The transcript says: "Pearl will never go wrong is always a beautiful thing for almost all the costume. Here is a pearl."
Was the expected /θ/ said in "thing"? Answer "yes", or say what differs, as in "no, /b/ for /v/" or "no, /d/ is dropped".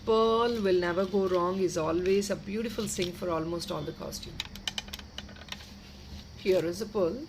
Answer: no, /s/ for /θ/